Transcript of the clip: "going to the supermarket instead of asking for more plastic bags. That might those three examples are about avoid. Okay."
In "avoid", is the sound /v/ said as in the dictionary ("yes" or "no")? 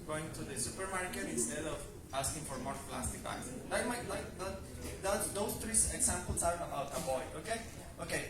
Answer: no